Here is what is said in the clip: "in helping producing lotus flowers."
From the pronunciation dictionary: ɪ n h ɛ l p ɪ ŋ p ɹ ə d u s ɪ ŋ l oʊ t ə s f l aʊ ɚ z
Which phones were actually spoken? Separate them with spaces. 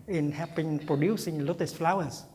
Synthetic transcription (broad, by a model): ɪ n h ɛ p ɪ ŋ p ɹ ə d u s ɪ ŋ l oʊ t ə s f l aʊ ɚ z